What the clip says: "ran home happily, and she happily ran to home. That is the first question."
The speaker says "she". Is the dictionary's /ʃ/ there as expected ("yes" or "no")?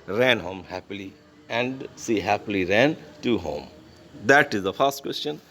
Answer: no